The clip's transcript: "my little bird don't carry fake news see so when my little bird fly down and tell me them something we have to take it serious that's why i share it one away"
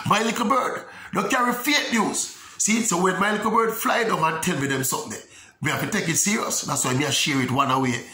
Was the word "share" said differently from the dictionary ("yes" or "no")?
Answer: no